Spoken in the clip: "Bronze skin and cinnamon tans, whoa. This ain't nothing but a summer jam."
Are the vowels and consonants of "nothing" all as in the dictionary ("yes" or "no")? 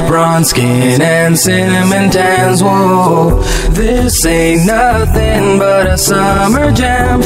yes